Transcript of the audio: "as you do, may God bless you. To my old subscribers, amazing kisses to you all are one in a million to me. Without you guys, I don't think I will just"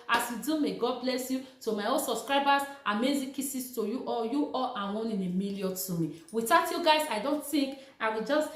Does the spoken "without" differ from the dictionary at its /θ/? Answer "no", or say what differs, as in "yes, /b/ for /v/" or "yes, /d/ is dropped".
yes, /t/ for /θ/